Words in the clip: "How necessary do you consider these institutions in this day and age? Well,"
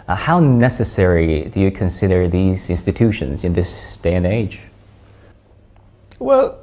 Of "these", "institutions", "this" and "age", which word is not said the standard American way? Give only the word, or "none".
none